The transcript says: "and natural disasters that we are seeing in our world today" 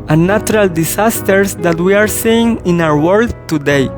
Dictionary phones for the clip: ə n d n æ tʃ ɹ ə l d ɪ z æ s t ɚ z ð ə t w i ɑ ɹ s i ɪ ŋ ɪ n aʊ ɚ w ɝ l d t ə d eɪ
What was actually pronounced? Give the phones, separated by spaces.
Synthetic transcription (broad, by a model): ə n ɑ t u ɹ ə l d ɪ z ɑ s t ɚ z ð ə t w i ɑ ɹ s i ɪ ŋ ɪ n aʊ ɚ w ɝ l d t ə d eɪ